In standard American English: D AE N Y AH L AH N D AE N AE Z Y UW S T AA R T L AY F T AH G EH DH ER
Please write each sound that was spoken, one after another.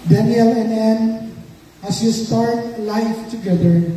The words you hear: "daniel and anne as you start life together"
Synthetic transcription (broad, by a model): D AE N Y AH L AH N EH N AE S Y UW S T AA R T L AY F T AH G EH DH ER